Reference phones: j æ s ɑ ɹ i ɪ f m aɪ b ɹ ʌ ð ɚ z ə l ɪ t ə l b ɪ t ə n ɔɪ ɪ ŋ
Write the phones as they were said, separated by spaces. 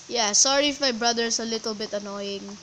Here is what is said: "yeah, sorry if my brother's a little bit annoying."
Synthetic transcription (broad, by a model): j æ s ɑ ɹ i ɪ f m aɪ b ɹ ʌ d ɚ s ə l ɪ t ə l b ɪ t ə n ɔɪ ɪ ŋ